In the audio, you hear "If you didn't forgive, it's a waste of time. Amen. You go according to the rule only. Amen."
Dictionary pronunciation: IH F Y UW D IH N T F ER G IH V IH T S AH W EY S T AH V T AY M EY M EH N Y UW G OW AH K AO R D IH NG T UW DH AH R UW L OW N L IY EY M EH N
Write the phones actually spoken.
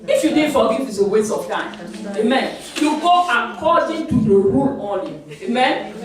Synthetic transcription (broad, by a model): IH F Y UW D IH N F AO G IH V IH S AH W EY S AH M T AY M EY M EH N Y UW G OW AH K AO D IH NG T UW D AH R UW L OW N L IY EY M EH N